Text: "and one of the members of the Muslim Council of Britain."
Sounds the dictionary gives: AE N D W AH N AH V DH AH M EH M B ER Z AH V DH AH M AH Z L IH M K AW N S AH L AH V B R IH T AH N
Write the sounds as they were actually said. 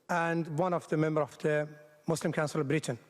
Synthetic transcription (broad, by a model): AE N D W AH N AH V DH AH M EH M B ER AH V DH AH M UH S L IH M K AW N S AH L AH V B R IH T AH N